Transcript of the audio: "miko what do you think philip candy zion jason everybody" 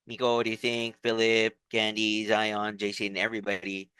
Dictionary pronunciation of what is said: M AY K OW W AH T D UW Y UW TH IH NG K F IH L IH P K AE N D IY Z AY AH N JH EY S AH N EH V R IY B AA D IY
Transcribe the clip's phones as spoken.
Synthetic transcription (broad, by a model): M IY K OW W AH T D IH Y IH TH IH NG K F IH L IH P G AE N D IY Z AY AH N JH EY S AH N EH V R IY B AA D IY